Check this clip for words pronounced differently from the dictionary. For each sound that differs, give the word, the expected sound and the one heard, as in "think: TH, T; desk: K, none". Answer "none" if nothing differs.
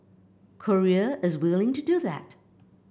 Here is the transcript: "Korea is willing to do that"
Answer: none